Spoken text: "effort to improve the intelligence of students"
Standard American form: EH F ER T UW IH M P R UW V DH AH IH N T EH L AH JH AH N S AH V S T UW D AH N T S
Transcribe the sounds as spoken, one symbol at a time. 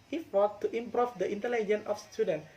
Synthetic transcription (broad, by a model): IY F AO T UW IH M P R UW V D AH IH N T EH L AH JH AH N AH F S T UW D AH N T